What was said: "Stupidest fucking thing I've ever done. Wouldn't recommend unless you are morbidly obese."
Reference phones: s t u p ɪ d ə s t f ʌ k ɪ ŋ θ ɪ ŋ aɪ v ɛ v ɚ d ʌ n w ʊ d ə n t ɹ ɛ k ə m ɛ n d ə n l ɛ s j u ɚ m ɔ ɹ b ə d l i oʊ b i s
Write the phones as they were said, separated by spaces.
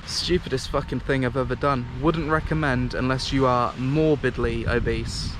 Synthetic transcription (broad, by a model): s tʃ u p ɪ d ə s t f ʌ k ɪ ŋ θ ɪ ŋ aɪ v ɛ v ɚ d ʌ n w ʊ d n t ɹ ɛ k ə m ɛ n d ə n l ɛ s j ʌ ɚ m ɔ b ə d l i oʊ b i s